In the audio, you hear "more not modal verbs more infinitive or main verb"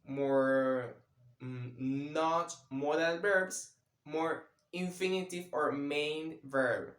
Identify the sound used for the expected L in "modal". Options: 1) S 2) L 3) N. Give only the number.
3